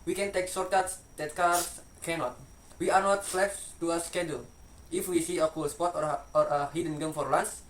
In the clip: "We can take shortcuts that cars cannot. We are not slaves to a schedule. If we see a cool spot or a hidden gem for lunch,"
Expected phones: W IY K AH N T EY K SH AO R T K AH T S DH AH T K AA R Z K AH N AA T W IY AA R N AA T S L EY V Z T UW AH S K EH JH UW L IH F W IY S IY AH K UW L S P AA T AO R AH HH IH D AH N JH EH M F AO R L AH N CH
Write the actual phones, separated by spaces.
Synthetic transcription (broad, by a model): W IY K AH N T EY K S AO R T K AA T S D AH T K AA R S K AH N AA T W IY AA R N AA T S L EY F T UW AH S K EH JH UW L IH F W IY S IY AH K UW L S P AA T AO R AH HH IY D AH N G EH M F AO R L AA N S